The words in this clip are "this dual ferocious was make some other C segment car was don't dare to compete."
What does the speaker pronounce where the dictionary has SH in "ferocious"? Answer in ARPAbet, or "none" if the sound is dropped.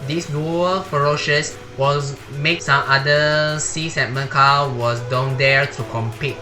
SH